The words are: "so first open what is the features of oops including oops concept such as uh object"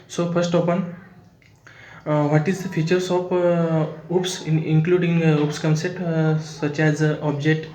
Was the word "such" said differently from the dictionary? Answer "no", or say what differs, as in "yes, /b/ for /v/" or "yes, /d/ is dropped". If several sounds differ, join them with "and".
no